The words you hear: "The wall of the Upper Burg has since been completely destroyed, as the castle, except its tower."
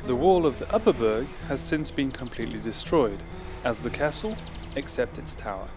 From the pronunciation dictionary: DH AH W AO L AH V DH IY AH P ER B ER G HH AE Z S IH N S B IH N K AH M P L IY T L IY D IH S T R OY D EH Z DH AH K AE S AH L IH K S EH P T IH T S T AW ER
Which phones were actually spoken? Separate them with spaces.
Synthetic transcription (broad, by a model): DH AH W AO L AH V DH IY AH P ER B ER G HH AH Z S IH N S B IH N K AH M P L IY T L IY D IH S T R OY D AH Z DH AH K AE S AH L IH K S EH P T IH T S T AW ER